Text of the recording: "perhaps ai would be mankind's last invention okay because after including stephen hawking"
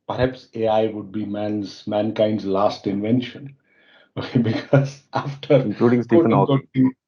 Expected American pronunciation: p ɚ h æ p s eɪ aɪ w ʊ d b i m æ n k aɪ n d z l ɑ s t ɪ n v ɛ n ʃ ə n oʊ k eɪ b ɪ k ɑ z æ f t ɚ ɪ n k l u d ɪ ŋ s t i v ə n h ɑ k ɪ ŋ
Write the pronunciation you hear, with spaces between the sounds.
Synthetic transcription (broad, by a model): p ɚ h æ p s eɪ aɪ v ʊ d b i m æ n k aɪ n d z l ɑ s t ɪ n v ɛ n ʃ ə n oʊ k eɪ b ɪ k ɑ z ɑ f t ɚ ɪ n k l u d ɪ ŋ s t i ə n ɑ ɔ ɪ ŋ